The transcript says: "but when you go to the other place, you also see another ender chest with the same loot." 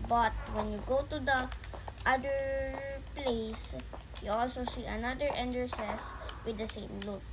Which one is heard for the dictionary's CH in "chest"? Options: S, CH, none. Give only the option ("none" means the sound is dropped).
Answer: S